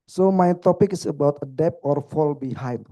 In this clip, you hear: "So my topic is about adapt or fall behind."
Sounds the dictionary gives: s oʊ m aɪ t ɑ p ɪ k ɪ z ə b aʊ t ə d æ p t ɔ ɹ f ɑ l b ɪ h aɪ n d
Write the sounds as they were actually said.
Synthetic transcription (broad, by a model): s oʊ m aɪ t ɑ p ɪ k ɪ s ə b aʊ t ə d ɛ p ɔ ɹ f ɑ l b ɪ h aɪ n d